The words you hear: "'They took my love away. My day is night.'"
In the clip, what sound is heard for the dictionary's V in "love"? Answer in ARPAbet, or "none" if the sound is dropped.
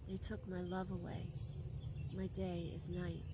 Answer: V